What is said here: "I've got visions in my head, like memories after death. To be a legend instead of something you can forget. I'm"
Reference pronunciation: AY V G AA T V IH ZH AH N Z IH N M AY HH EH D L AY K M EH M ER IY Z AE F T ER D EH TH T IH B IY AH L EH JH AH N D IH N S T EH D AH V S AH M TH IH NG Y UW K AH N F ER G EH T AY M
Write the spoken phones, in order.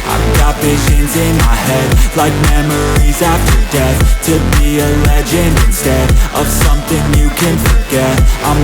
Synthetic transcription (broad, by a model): AY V G AA T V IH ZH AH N Z IH N M AY HH EH D L AY K M EH M ER IY Z AE F T ER D EH TH T IH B IY AH L EH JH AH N IH N S T EH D AH V S AH M TH IH NG Y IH K AH N F ER G EH T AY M